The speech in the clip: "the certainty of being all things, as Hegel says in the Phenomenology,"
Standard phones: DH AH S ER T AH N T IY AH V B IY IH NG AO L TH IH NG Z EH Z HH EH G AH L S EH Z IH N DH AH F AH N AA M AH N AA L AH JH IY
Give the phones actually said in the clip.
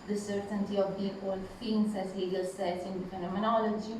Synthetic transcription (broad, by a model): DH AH S ER T AH N T IY AH V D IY AO L F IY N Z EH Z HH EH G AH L S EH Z IH N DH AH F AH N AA M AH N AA L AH JH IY